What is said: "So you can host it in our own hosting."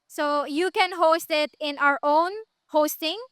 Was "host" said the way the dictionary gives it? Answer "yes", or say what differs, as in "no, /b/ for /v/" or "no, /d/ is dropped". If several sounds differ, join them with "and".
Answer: yes